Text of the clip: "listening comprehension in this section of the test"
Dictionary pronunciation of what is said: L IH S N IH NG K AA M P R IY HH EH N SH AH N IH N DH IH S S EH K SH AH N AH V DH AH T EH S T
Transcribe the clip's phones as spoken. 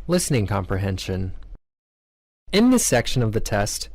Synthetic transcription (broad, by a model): L IH S N IH NG K AA M P R IY HH EH N SH AH N IH N DH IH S S EH K SH AH N AH V DH AH T EH S T